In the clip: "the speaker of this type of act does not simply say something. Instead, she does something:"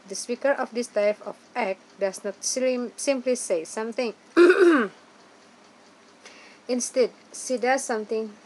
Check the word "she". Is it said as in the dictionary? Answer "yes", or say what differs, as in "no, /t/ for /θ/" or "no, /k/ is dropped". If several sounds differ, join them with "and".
no, /s/ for /ʃ/